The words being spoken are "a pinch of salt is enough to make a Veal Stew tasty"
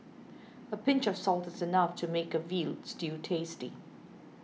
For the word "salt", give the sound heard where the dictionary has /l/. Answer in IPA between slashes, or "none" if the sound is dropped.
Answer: /l/